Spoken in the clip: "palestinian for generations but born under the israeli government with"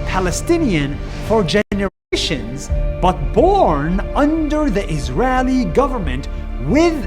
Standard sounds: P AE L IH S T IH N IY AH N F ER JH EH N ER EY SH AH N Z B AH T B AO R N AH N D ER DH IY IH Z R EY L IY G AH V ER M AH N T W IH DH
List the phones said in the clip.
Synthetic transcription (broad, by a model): P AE L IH S T IH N IY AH N F ER JH EH N ER EY SH AH N Z B AH T B AO R N AH N D ER DH IY IH Z R EY L IY G AH V ER M AH N T W IH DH